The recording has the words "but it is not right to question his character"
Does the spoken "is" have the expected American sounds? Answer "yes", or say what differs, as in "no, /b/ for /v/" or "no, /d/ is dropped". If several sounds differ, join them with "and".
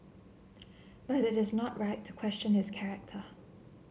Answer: yes